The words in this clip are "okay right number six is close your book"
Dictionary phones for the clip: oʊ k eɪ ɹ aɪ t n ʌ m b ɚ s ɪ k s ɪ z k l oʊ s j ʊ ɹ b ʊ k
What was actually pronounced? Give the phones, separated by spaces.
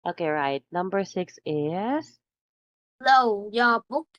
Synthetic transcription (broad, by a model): oʊ k eɪ ɹ aɪ t n ʌ m b ɚ s ɪ k s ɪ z l oʊ j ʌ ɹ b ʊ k